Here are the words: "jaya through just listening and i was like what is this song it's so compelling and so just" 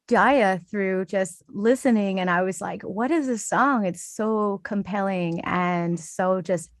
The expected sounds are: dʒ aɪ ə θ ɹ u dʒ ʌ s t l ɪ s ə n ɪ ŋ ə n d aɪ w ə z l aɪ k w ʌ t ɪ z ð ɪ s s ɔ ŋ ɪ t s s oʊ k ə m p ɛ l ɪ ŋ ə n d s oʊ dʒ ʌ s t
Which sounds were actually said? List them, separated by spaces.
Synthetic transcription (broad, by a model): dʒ aɪ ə θ ɹ u dʒ ʌ s t l ɪ s ə n ɪ ŋ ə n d aɪ w ə z l aɪ k w ʌ t ɪ z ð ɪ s s ɔ ŋ ɪ t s s oʊ k ə m p ɛ l ɪ ŋ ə n s oʊ dʒ ʌ s t